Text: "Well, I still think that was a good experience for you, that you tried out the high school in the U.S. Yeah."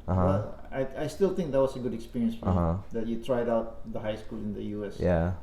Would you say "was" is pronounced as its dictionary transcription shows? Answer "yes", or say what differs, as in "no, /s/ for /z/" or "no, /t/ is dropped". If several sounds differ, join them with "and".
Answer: no, /s/ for /z/